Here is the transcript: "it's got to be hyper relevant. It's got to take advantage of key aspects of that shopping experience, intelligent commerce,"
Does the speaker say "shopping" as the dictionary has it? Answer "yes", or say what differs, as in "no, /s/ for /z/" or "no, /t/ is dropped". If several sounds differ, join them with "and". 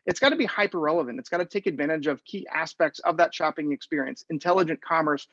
yes